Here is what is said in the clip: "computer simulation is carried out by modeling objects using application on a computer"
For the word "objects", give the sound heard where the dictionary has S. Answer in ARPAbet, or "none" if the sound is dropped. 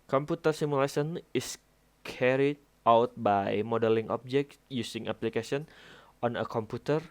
none